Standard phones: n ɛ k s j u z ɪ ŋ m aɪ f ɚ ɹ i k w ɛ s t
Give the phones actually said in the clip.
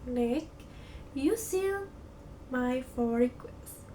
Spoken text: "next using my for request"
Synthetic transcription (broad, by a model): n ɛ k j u s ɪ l m aɪ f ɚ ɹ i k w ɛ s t